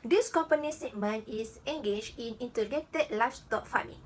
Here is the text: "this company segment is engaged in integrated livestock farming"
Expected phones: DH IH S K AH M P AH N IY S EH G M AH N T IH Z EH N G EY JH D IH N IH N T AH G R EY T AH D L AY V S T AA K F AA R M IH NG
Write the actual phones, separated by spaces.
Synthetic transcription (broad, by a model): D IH S K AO M P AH N IY S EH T M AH N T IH S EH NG G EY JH IH N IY N T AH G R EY T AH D L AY S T AA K F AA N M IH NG